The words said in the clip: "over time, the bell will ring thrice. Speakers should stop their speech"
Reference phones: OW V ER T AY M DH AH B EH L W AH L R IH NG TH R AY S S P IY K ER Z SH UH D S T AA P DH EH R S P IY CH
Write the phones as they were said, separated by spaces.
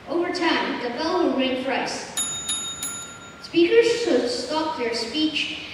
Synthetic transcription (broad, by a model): OW V ER T AY M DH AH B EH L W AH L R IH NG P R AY S S P IY K ER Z S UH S S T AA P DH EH R S P IY CH